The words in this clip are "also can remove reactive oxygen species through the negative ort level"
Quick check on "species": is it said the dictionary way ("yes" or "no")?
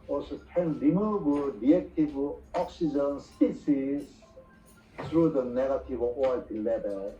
no